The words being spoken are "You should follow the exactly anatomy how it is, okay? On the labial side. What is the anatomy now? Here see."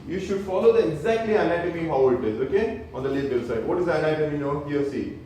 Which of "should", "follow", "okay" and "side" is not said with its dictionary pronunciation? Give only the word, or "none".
none